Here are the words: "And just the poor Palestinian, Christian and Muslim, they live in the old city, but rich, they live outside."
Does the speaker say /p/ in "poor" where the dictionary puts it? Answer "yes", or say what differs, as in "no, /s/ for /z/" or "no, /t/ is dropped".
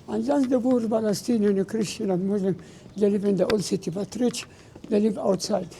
no, /b/ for /p/